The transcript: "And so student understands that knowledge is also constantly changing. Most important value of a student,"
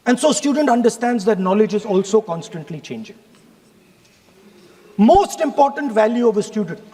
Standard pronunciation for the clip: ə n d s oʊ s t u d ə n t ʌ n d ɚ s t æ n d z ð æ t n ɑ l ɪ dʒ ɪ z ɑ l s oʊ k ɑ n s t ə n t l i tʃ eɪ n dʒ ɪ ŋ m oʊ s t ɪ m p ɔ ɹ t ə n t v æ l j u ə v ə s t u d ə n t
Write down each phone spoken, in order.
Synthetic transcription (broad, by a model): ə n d s oʊ s t u d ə n t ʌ n d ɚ s t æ n d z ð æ t n ɑ l ɪ dʒ ɪ z ɑ l s oʊ k ɑ n s t ə n t l i tʃ eɪ n dʒ ɪ ŋ m oʊ s t ɪ m p ɔ ɹ t ə n t v æ l j u ə v ə s t u d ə n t